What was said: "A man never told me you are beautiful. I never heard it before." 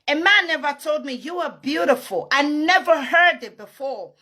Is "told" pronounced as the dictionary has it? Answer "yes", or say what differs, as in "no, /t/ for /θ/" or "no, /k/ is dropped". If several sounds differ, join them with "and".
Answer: yes